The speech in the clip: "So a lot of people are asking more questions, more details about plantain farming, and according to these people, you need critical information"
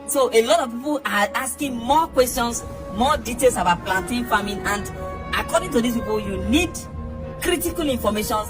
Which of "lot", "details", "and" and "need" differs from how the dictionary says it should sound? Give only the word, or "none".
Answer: details